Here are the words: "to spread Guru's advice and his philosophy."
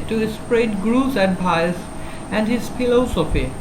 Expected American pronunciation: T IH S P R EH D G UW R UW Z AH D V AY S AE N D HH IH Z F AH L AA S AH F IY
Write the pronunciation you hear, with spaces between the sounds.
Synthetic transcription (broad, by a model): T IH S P R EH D G R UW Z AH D P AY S AE N D HH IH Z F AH L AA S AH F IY